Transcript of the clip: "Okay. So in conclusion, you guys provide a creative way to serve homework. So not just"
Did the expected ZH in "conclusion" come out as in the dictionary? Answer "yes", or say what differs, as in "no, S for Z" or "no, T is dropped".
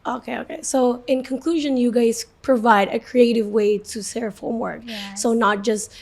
yes